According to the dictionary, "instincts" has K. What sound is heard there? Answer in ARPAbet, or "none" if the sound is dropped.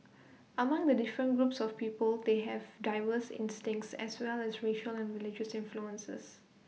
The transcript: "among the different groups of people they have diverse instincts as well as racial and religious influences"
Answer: K